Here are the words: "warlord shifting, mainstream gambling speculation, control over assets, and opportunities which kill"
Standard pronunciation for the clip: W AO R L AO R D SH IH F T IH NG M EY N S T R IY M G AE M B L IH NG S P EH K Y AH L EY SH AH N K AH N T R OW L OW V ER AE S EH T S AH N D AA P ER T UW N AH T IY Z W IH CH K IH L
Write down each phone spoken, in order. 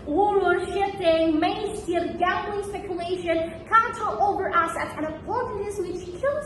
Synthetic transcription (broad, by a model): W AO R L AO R SH IH F T IH NG M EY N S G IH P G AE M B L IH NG S P EH K Y AH L EY SH AH N K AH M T OW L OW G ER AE S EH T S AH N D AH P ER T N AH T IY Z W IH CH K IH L